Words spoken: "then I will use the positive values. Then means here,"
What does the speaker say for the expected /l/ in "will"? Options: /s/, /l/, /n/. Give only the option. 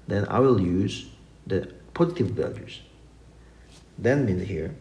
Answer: /l/